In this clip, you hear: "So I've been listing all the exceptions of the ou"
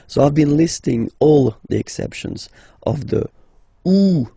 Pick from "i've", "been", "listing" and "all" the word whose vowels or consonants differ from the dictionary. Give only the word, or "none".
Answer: none